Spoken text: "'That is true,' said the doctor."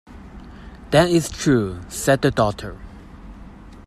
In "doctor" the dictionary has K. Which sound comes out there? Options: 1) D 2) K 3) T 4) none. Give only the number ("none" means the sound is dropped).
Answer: 4